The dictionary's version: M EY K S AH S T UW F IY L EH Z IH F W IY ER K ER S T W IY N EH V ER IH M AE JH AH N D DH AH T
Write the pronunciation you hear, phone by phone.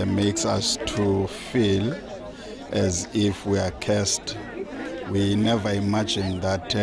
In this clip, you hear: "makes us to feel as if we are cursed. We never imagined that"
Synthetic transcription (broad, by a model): M EY K S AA S T UW F IY L EH Z IH F W IY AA K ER S T W IY N EH V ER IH M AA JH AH N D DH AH T